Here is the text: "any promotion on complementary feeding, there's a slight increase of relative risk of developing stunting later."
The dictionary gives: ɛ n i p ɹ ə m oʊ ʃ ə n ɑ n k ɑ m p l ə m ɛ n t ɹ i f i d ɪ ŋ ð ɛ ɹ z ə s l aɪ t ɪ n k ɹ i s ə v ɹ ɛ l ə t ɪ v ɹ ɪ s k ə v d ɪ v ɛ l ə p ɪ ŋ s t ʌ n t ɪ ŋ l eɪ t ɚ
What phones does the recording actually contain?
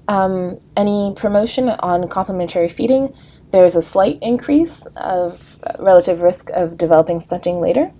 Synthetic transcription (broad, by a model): ɛ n i p ɹ ə m oʊ ʃ ə n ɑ n k ɑ m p l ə m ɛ n t ɹ i f i d ɪ ŋ ð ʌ ɹ z ə s l aɪ t ɪ n k ɹ i s ə v ɹ ɛ l ə t ɪ v ɹ ɪ s k ə v d ɪ v ɛ l ə p ɪ ŋ s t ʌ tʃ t ɪ ŋ l eɪ t ɚ